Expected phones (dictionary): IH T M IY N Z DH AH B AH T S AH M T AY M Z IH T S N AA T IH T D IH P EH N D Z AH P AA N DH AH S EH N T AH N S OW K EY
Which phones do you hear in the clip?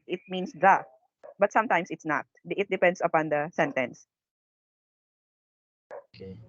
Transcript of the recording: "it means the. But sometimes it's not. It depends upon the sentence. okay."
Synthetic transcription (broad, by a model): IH T M IY N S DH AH B AH T S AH M T AY M S IH T S N AA T IH T D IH P EH N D S AH P AA N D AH S EH N T AH N S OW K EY